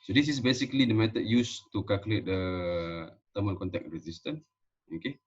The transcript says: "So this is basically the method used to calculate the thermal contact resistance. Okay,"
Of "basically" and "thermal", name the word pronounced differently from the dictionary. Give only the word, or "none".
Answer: thermal